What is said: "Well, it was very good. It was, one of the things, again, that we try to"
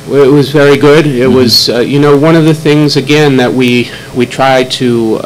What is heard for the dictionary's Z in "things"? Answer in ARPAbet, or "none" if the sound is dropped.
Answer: Z